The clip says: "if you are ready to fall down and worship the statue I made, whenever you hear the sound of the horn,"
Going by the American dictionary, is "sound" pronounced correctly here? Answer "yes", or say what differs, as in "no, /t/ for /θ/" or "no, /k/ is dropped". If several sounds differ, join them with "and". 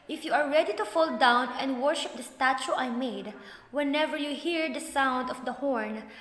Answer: yes